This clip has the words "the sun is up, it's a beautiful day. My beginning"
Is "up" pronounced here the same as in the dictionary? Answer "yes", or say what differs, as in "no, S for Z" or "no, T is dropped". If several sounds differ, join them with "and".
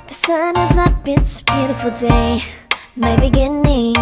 no, B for P